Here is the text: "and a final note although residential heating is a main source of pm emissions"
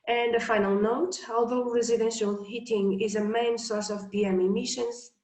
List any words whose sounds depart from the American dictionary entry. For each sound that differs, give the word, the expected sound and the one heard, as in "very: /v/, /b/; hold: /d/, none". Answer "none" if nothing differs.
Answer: residential: /tʃ/, /ʃ/; pm: /p/, /b/